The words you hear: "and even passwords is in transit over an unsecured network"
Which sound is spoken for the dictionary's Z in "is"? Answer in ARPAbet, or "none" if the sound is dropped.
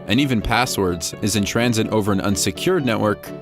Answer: Z